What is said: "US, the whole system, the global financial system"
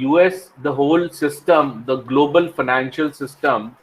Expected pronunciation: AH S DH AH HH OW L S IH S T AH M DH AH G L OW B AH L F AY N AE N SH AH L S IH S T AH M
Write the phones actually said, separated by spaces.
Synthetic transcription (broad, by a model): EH S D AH HH OW L S IH S T AH M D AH G L OW B AH L F AY N AE N SH AH L S IH S T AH M